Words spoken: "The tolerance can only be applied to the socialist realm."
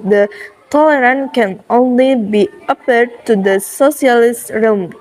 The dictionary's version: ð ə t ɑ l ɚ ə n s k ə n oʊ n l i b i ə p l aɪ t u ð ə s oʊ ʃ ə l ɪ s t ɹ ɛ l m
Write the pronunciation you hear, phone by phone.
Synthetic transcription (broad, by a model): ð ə t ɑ l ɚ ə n k ə n oʊ n l i b i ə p ʌ t u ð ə s oʊ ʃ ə l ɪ s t ɹ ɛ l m